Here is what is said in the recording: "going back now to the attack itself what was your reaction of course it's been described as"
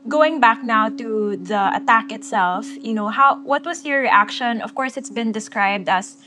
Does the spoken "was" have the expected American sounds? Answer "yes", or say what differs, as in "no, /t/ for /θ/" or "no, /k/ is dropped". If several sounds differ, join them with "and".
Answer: no, /s/ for /z/